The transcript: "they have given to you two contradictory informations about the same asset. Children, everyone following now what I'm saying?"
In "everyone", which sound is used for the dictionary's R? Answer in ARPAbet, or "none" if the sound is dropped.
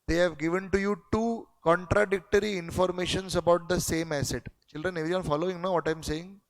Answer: none